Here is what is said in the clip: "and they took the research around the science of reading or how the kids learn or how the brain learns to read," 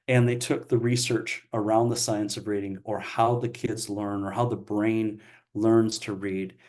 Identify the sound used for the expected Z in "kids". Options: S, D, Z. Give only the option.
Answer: Z